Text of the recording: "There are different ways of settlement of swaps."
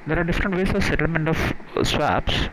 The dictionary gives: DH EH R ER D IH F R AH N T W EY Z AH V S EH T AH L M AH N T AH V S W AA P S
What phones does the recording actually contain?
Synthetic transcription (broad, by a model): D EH R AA D IH F R AH N T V EY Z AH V S EH T AH L M AH N T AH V S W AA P S